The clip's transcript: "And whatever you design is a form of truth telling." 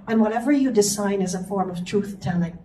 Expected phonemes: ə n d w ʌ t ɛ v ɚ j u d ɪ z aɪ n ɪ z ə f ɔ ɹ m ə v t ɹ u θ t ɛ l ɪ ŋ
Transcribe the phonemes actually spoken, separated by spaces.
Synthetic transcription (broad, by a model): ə n w ʌ t ɛ v ɚ j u d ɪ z aɪ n ɪ z ə f ɔ ɹ m ə v t ɹ u θ t ɛ l ɪ ŋ